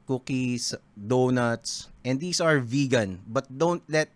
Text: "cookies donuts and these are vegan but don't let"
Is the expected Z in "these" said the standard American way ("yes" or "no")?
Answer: no